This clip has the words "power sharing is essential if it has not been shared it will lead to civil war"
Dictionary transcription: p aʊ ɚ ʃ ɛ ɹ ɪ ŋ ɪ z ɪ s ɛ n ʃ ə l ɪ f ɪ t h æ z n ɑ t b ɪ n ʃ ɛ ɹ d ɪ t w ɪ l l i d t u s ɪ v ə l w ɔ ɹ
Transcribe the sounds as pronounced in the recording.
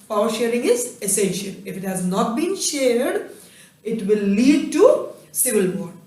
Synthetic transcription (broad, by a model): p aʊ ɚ ʃ ɛ ɹ ɪ ŋ ɪ z ɪ s ɛ n ʃ ə l ɪ f ɪ t h æ z n ɑ t b ɪ n ʃ ɛ ɹ d ɪ t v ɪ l l i d t u s ɪ v ə l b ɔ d